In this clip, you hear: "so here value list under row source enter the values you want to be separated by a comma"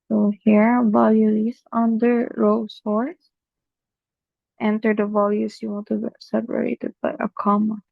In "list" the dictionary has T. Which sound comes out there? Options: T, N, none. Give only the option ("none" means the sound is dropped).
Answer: none